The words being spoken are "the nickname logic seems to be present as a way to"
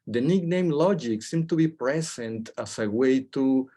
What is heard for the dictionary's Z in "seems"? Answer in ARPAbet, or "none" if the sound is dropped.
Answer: none